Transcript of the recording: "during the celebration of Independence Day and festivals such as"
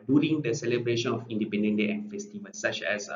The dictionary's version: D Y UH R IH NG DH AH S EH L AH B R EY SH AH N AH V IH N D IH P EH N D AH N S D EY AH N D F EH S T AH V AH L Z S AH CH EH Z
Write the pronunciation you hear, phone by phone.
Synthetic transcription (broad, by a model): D Y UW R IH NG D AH S EH L AH B R EY SH AH N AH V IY N D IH P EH N D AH N D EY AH N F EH S T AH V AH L S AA CH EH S